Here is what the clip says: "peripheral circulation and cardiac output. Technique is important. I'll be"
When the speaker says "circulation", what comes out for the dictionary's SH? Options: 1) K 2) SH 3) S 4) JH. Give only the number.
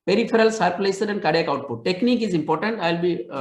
3